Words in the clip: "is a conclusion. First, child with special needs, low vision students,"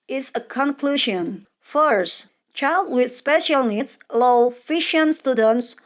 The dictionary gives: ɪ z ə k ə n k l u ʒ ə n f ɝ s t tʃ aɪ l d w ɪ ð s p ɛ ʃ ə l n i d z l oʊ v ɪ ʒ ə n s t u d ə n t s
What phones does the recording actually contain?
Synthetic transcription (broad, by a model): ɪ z ə k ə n k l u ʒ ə n f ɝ s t tʃ aɪ l d w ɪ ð s p ɛ ʃ ə l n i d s l oʊ f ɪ ʃ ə n s t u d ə n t s